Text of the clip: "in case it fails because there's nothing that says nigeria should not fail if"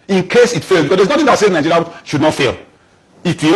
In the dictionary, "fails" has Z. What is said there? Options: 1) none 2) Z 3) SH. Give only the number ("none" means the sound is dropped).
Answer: 1